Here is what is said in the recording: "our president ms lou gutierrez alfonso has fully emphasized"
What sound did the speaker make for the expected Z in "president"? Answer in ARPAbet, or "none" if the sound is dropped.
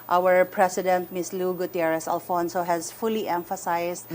S